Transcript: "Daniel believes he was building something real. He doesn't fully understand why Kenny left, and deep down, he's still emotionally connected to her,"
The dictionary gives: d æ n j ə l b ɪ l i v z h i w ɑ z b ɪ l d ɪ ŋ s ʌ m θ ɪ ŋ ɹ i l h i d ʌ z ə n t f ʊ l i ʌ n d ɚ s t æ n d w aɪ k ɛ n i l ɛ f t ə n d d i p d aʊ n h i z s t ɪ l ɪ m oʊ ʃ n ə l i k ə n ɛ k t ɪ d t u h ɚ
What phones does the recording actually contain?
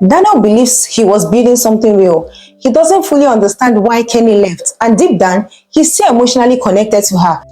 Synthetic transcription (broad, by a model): d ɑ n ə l b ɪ l i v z h i w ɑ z b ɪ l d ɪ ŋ s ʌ m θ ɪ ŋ ɹ i l h i d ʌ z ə n t f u l i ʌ n d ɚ s t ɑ n d w aɪ k ɛ n i l ɛ f t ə n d d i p d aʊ n h i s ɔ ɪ m oʊ ʃ n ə l i k ə n ɛ k t ɪ d t u h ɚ